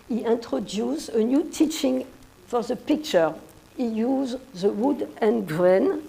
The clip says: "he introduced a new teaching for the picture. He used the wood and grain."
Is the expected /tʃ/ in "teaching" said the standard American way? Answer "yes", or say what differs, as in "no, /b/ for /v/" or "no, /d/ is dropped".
yes